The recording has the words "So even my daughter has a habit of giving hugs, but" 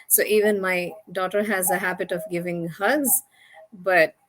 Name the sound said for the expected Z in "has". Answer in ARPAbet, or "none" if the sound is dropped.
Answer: Z